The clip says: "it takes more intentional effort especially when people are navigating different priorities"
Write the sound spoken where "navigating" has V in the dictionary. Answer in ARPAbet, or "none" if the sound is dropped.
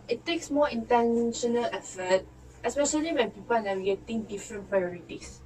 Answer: W